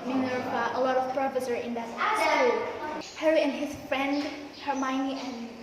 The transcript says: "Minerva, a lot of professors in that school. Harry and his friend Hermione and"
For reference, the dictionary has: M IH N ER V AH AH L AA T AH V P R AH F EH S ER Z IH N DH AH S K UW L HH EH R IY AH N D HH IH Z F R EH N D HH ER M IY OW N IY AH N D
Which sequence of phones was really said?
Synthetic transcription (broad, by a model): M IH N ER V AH AH L AA T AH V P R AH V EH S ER IH N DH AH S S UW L HH EH R IY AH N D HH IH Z F R EH N D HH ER M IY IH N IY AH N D